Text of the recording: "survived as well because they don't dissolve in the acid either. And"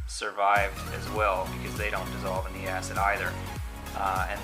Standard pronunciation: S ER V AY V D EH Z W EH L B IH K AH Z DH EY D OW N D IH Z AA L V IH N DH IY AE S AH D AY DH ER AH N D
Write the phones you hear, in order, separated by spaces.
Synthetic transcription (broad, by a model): S ER V AY V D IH Z W EH L B IH K AH Z DH EY D OW N D IH Z AA L V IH N DH IY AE S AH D AY DH ER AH N